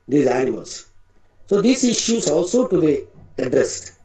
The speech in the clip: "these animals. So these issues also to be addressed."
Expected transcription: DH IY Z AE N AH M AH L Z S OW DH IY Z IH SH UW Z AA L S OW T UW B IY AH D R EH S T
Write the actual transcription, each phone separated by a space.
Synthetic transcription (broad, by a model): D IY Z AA AH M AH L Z S OW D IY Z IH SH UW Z AA L S OW T UW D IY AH D R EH S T